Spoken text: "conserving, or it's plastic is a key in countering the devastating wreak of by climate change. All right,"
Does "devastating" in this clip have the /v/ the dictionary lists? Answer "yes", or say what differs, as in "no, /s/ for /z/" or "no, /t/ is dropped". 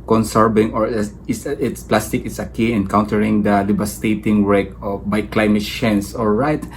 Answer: no, /b/ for /v/